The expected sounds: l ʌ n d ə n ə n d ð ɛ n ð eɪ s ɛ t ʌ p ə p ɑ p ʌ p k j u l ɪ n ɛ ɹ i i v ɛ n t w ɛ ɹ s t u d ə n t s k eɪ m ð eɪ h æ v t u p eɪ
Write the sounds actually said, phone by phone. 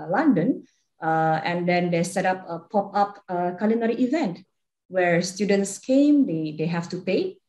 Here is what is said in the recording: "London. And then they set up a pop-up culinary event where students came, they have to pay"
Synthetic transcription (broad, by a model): l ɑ n d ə n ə n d ɛ n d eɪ s ɛ t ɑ p ə p ɑ p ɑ p k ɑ l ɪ n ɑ ɹ i i v ɛ n t w ɛ ɹ s t u d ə n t s k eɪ m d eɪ h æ f t u p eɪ